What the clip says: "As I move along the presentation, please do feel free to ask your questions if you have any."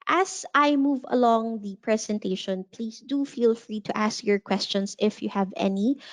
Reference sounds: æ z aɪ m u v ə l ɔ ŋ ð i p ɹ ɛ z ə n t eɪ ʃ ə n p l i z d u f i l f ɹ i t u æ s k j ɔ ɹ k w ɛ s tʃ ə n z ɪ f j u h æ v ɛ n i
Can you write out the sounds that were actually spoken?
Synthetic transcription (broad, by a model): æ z aɪ m u v ə l ɔ ŋ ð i p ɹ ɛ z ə n t eɪ ʃ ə n p l i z d u f i l f ɹ i t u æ s k j ɔ ɹ k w ɛ s tʃ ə n s ɪ f j u h æ v ɛ n i